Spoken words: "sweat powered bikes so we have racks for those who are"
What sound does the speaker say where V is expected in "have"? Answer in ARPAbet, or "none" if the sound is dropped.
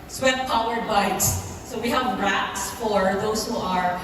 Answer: V